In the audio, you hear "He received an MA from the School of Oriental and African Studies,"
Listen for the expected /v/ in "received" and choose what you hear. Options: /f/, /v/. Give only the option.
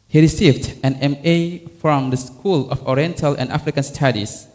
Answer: /v/